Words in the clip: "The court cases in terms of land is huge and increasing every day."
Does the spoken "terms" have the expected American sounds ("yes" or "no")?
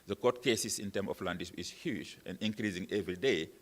no